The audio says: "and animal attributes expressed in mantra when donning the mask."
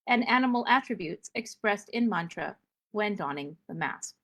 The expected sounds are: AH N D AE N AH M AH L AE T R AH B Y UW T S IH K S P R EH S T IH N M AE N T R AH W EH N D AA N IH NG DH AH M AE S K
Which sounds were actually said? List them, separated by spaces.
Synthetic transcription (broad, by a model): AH N AE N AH M L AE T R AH B Y UW T S IH K S P R EH S T IH N M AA N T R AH W EH N D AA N IH NG DH AH M AE S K